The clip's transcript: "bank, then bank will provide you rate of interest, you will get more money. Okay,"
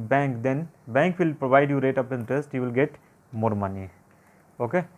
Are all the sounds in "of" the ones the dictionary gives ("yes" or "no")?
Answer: no